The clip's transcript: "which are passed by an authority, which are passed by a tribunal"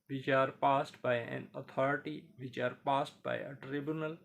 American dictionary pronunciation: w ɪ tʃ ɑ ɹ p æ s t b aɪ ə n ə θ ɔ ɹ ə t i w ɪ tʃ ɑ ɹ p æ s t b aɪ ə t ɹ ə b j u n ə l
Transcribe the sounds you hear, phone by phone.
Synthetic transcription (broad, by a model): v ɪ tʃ ɑ ɹ p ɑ s t b aɪ ə n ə t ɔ ɹ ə t i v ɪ tʃ ɑ ɹ p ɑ s t b aɪ ə t ɹ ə b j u n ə l